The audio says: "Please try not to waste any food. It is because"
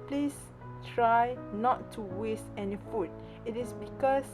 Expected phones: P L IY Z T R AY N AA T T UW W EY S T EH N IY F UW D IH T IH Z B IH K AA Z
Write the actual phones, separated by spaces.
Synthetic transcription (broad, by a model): P L IY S T R AY N AA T T UW W EY S T EH N IY F UW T IH T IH S B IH K AA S